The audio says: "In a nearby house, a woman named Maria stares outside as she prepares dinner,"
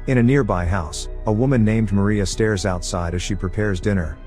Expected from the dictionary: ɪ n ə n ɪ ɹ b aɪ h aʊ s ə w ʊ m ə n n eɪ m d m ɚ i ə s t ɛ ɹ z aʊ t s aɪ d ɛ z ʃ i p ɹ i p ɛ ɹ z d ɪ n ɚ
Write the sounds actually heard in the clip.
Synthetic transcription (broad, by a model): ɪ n ə n ɪ ɹ b aɪ h aʊ s ə w ʊ m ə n n eɪ m d m ɚ i ə s t ɛ ɹ z aʊ t s aɪ d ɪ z ʃ i p ɹ i p ɛ ɹ z d ɪ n ɚ